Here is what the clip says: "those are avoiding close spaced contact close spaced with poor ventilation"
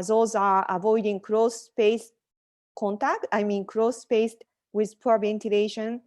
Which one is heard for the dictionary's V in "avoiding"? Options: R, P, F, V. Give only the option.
V